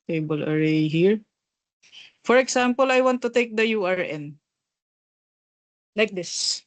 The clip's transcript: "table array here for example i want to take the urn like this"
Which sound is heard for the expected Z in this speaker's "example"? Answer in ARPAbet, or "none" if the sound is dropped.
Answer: S